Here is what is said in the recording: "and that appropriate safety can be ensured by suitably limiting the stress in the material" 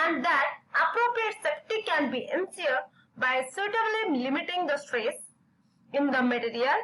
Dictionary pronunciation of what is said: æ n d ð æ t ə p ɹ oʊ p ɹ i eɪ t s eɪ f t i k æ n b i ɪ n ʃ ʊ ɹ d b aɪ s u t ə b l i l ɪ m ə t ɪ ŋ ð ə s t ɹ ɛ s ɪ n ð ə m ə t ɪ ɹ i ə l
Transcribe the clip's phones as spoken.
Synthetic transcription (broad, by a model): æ n d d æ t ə p ɹ oʊ p ɹ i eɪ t s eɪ p t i k æ n b i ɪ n s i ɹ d b aɪ s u t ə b l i l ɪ m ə t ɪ ŋ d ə s t ɹ ɛ s ɪ n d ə m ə t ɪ ɹ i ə l